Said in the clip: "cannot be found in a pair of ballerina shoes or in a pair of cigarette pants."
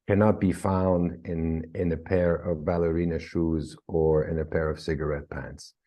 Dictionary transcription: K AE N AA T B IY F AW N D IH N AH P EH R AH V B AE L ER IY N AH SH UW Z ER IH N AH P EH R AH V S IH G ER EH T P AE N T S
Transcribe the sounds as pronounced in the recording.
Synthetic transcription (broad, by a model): K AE N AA T B IY F AW N D IH N AH P EH R AH V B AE L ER IY N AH SH UW Z ER IH N AH P EH R AH V S IH G ER EH T P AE N T S